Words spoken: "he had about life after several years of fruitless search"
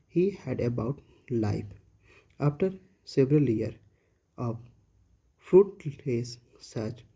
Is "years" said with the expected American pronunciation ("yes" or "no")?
no